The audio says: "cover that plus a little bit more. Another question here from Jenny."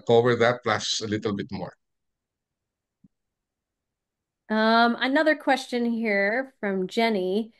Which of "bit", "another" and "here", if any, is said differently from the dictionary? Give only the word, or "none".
none